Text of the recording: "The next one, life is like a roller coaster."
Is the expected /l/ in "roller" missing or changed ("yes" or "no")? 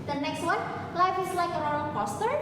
yes